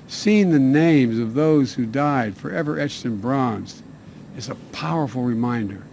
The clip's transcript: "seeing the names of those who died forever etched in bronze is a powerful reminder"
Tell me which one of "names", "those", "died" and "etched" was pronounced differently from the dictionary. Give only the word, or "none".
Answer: none